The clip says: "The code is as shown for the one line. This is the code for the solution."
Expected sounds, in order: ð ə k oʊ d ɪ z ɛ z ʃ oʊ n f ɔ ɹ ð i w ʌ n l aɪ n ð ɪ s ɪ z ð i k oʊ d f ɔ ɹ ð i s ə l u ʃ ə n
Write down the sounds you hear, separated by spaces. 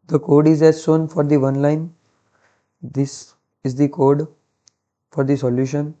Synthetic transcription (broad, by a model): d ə k oʊ d ɪ z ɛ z s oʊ n f ɔ ɹ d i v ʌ n l aɪ n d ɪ s ɪ z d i k oʊ d f ɔ ɹ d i s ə l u ʃ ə n